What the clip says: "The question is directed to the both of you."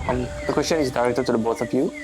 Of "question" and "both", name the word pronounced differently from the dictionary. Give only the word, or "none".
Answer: both